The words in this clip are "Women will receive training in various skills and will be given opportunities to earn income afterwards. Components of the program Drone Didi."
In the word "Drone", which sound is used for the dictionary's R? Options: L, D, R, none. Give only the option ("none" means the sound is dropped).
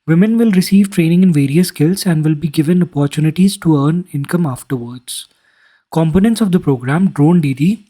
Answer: R